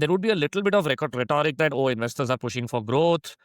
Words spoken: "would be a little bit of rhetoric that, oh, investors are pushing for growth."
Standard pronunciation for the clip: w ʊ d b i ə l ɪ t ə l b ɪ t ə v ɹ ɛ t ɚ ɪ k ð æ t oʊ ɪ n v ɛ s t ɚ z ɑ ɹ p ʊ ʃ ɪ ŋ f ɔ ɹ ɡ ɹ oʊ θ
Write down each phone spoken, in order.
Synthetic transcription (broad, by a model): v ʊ d b i ə l ɪ t ə l b ɪ t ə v ɹ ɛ t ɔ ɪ k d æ t oʊ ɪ n v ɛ s t ɚ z ɑ ɹ p ʊ ʃ ɪ ŋ f ɔ ɹ ɡ ɹ oʊ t